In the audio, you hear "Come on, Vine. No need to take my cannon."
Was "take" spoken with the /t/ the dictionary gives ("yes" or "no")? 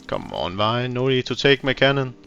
no